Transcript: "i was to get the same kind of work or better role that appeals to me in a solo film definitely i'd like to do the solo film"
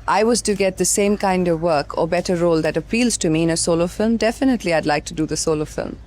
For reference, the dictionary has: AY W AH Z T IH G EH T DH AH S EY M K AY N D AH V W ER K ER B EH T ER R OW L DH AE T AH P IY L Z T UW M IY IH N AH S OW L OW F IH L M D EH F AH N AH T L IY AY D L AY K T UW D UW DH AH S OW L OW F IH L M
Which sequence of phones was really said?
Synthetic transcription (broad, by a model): AY W AH Z T IH G EH T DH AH S EY M K AY N D AH V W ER K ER B EH T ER R OW L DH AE T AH P IY L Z T UW M IY IH N AH S OW L OW F IH L M D EH F AH N AH T L IY AY D L AY K T UW D UW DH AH S OW L OW F IH L M